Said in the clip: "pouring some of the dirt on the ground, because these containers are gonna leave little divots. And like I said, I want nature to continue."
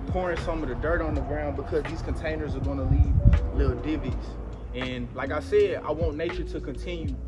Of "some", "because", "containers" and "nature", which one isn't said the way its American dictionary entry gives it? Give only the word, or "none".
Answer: none